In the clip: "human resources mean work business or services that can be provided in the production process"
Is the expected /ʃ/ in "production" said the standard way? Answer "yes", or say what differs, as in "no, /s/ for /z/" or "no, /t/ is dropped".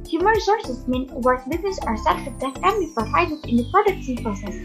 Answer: no, /s/ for /ʃ/